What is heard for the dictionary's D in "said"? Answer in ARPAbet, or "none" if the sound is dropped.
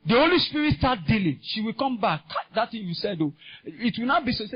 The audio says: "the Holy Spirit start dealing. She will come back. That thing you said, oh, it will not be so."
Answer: D